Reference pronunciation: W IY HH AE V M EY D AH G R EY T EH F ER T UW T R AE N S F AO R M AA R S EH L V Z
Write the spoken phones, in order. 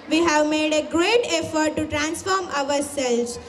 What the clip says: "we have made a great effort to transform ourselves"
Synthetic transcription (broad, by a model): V IY HH AE V M EY D AH G R EY T EH F ER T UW T R AE N S F AO R M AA R S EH L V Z